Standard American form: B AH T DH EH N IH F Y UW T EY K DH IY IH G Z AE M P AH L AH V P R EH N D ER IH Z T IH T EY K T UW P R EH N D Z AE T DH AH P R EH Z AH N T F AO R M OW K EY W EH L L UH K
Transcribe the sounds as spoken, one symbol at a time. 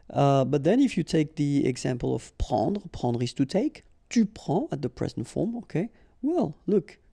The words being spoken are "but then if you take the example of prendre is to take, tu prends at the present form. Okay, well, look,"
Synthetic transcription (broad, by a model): B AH T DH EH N IH F Y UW T EY K DH IY IH G Z AE M P AH L AH V P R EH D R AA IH S T IH T EY K T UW P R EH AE T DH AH P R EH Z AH N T F AO R M OW K EY W EH L L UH K